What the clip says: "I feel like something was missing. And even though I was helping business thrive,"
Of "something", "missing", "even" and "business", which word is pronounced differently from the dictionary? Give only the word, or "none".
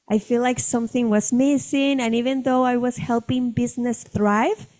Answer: none